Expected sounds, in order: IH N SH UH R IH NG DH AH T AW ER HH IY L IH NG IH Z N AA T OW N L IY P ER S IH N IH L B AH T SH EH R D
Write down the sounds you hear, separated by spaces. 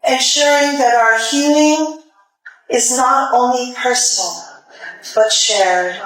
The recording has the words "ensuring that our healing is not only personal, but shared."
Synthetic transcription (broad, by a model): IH N SH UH R IH NG DH AH T AW ER HH IY L IH NG IH Z N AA T OW N L IY P ER S N L B AH T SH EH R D